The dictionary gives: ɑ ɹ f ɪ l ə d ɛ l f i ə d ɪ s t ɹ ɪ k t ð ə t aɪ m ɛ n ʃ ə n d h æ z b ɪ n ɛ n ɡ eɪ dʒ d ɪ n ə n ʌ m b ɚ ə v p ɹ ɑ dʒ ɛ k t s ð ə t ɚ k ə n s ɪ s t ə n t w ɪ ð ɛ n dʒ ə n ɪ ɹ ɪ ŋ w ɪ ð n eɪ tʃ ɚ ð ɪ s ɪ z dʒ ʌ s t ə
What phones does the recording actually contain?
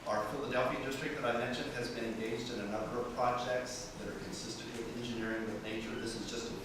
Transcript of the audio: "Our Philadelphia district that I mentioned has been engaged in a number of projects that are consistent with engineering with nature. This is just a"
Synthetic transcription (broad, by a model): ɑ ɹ f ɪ l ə d ɛ l f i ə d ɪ s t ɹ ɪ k ð ə t aɪ m ɛ n ʃ ə n d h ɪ z b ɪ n ɛ n ɡ eɪ dʒ d ɪ n ə n ʌ m b ɚ ə v p ɹ ɑ dʒ ɛ k t s ð ə t ɚ k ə n s ɪ s t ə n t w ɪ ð ɛ n dʒ ə n ɪ ɹ ɪ ŋ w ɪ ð n eɪ tʃ ɚ ð ɪ s ɪ z dʒ ʌ s t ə